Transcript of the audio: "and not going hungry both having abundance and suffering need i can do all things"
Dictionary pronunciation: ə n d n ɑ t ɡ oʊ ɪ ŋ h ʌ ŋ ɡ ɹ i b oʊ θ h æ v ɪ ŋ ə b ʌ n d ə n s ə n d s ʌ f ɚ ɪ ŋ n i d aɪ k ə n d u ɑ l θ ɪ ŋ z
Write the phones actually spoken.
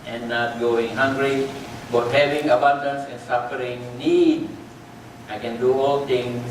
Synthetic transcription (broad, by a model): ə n n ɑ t ɡ oʊ ɪ ŋ h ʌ ŋ ɡ ɹ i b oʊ t h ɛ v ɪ ŋ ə b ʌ n d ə n s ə n s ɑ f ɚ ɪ ŋ n i d aɪ k ə n d u ɑ l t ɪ ŋ